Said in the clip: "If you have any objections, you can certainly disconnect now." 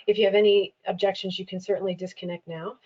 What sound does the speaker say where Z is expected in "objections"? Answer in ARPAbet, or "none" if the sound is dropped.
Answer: Z